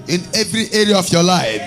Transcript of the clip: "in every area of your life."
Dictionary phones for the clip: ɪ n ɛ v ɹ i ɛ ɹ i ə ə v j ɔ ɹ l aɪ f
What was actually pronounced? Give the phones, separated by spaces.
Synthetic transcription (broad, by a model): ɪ n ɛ v ɹ i ɛ ɹ i ə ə f j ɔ l aɪ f